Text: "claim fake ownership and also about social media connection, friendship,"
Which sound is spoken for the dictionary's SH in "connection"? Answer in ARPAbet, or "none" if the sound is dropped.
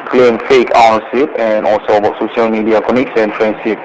S